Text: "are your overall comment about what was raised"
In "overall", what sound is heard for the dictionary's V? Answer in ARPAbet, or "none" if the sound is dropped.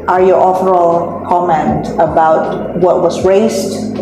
F